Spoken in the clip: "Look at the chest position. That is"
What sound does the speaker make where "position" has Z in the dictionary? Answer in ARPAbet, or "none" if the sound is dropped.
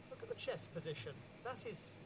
Z